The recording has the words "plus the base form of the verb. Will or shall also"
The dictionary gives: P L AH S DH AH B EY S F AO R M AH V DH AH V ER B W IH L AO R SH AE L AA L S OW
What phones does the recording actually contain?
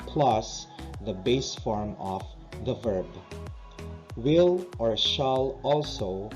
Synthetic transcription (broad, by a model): P L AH S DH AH B EY S F AO R M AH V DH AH V ER B W IH L AO R SH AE L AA L S OW